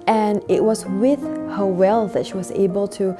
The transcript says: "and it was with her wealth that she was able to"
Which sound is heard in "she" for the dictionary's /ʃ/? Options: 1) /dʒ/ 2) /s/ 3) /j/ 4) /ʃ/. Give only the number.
4